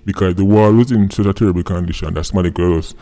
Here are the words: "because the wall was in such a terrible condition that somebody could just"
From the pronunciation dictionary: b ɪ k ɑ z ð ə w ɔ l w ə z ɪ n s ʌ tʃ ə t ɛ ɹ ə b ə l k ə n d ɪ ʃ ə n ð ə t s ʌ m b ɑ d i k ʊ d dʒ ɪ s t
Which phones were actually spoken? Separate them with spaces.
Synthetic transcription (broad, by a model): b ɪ k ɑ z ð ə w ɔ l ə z ɪ n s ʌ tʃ ə t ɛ ɹ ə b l k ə n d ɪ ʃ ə n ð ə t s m ɑ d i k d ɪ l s